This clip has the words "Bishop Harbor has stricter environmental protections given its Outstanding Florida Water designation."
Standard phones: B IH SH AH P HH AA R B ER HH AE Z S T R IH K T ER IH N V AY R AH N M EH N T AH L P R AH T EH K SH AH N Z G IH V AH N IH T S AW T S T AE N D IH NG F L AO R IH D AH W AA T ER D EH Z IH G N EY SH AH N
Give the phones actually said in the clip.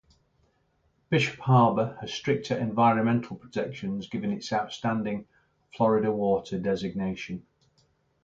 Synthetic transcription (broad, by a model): B IH SH AH P HH AA B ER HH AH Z S T R IH K T ER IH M V AY R AH N M EH N T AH L P R AH T EH K SH AH N Z G IH V AH N IH T S AW T S T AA N D IH NG F L AO R IH D AH W AA T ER D EH Z IH G N EY SH AH N